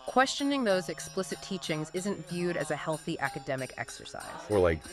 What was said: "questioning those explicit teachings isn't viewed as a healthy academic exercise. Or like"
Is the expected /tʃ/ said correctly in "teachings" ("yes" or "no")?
yes